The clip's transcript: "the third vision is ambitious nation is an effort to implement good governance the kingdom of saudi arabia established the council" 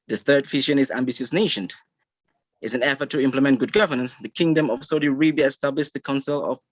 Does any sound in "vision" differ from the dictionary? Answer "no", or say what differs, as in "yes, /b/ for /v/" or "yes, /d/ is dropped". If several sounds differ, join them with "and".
yes, /f/ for /v/ and /ʃ/ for /ʒ/